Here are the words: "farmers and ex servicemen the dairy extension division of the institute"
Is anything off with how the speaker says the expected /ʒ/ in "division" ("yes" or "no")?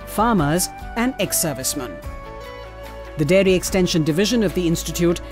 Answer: no